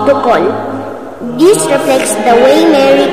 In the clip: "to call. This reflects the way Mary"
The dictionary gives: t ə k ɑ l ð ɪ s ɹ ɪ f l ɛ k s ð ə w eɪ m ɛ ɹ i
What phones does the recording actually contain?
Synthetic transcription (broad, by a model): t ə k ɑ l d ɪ s ɹ ɪ f l ɛ k s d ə w eɪ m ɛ ɹ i